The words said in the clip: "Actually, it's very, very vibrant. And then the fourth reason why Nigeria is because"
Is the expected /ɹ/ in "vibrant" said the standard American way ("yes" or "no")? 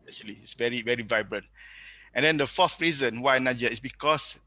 yes